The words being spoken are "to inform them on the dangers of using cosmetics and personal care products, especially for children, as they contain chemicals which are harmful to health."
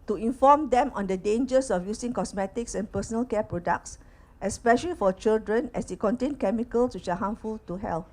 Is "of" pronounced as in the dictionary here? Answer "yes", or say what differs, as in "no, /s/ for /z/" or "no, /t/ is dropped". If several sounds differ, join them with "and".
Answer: no, /f/ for /v/